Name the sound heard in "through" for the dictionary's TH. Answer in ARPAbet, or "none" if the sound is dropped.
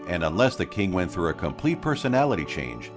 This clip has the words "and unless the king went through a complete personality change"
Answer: TH